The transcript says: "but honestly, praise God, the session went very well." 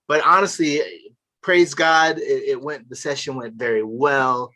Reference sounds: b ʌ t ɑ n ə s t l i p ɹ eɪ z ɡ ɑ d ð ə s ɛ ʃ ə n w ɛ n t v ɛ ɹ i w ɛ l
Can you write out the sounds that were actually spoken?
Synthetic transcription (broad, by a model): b ʌ t ɑ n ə s t l i p ɹ eɪ z ɡ ɑ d ð ə s ɛ ʃ ə n w ɛ n t v ɛ ɹ i w ɛ l